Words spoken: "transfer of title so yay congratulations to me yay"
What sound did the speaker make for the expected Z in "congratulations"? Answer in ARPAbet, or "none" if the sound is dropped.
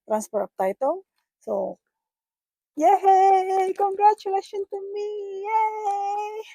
none